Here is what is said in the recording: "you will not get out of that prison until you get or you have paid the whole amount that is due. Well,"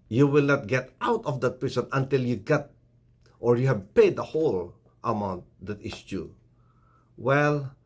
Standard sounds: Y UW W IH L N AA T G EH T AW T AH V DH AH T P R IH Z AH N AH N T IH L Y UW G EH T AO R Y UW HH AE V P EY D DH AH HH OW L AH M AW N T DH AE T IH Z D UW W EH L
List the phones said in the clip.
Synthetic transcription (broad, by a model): Y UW W IH L N AA T G EH T AW T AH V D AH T P R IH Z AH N AH N T IH L Y UW G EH T AO R Y UW HH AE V P EY D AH HH OW L AH M AW N T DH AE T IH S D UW W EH L